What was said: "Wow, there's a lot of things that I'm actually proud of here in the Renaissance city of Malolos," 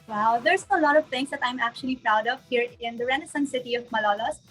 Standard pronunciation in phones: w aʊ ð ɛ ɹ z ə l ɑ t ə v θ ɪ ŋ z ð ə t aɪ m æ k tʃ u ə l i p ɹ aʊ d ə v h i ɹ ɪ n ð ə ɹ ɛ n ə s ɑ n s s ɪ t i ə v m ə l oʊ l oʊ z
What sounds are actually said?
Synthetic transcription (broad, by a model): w aʊ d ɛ ɹ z ə l ɑ t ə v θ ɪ ŋ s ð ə t aɪ m æ k tʃ u ə l i p ɹ aʊ d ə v h i ɹ ɪ n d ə ɹ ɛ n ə s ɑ n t s ɪ t i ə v m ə l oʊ l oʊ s